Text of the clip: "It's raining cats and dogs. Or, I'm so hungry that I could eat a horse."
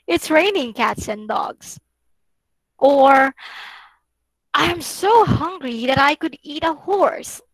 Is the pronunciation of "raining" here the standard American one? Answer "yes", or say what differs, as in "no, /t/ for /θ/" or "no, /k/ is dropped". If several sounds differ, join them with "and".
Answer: yes